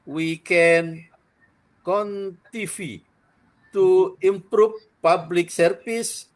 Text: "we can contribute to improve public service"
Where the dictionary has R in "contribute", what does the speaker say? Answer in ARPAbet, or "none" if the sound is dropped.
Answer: none